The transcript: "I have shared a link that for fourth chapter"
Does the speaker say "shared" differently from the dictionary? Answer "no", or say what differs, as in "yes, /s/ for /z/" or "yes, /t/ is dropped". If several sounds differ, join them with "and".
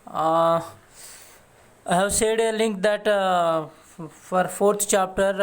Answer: yes, /s/ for /ʃ/